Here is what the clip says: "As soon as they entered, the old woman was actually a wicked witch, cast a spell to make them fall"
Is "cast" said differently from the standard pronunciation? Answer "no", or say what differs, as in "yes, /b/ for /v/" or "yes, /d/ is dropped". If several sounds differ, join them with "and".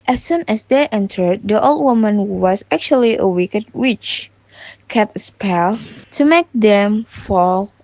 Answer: yes, /s/ is dropped